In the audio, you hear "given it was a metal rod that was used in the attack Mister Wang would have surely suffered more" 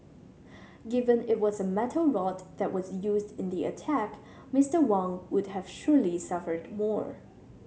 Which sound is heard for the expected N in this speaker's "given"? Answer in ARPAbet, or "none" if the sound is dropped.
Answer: N